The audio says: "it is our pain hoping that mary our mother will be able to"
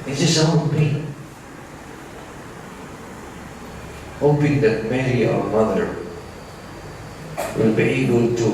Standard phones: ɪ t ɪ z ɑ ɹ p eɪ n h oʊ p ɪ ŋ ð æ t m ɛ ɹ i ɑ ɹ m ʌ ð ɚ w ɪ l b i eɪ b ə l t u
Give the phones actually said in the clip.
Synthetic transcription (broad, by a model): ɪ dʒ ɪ s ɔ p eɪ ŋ h oʊ p ɪ ŋ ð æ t m ɛ ɹ i ɑ ɹ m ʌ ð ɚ w ɪ l b i eɪ b ə l t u